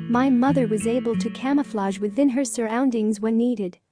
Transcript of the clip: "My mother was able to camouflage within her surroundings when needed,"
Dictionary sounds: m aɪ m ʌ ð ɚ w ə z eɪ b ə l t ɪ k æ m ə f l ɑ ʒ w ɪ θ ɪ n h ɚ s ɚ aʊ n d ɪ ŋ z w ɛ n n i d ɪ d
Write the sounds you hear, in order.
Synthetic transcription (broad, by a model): m aɪ m ʌ ð ɚ w ə z eɪ b ə l t ɪ k æ m ə f l ɑ ʒ w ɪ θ ɪ n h ɚ s ɚ aʊ n d ɪ ŋ z w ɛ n n i d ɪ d